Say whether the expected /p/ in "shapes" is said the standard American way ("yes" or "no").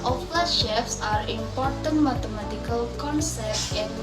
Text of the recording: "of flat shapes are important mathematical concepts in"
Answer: no